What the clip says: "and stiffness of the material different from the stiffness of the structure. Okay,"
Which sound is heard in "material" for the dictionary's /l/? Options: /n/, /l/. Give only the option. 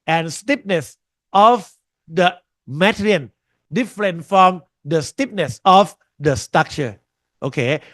/n/